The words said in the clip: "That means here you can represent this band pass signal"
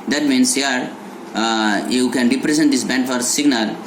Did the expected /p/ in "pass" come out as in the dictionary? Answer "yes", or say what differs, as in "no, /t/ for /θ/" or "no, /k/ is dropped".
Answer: no, /f/ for /p/